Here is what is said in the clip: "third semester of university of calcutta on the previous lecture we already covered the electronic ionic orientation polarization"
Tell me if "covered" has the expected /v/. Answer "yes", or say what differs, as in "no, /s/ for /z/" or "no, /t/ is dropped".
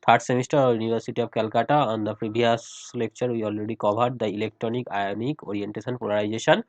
no, /b/ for /v/